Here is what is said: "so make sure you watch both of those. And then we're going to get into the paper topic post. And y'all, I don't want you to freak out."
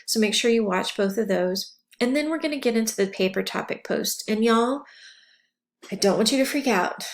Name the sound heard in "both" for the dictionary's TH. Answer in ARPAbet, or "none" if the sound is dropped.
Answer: TH